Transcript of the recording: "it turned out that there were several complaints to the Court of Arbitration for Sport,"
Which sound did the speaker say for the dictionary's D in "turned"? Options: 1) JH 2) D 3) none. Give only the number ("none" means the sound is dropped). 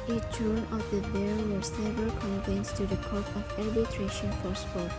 3